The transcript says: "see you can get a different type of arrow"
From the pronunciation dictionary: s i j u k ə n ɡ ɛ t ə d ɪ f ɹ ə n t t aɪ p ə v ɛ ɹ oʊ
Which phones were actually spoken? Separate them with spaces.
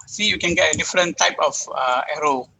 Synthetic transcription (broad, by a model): s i j u k ə n ɡ ɛ t ə d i f ɹ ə n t t aɪ p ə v ɛ ɹ oʊ